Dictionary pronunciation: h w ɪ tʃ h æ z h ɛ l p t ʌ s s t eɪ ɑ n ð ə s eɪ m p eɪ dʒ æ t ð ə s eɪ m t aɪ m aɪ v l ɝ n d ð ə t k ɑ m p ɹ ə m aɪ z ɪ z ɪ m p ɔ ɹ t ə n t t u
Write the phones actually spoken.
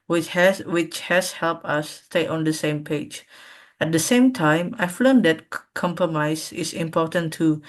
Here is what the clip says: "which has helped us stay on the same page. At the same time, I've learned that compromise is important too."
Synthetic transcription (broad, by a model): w w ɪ tʃ h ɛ s h ɛ l p t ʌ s s t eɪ ɑ n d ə s eɪ m p eɪ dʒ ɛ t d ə s eɪ m t aɪ m aɪ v l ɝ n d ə t k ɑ m p ɹ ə m aɪ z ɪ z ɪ m p ɔ t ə n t t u